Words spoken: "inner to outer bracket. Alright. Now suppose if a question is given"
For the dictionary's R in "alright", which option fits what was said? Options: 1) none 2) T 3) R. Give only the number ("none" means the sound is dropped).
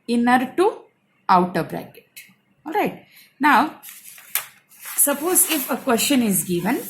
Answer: 3